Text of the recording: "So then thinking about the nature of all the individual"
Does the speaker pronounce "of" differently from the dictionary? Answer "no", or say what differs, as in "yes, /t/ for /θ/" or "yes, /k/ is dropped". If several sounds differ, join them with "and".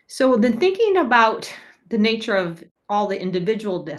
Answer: no